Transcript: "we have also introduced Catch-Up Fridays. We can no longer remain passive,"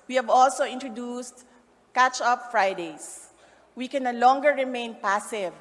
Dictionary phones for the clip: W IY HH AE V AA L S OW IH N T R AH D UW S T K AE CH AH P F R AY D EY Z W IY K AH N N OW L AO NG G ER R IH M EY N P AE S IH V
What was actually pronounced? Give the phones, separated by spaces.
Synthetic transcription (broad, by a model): W IY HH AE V AA L S OW IH N T R AH D UW S T K AE CH AH P F R AY D EY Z W IY K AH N N OW L AO NG G ER R IH M EY N P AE S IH V